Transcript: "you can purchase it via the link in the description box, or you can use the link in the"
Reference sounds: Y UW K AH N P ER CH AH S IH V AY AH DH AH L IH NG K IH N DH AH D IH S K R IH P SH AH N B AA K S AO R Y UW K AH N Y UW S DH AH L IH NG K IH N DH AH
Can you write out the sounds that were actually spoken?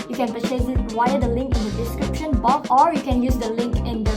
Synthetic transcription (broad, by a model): Y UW K AH N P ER S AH IH W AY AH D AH L IH NG K IH N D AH D IH S K R IH P SH AH N B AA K AO R Y UW K AH N Y UW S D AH L IH NG K IH N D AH